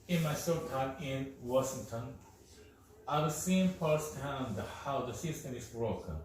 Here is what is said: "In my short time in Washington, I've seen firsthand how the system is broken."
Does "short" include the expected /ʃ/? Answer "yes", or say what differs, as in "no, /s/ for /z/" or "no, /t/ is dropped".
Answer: no, /s/ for /ʃ/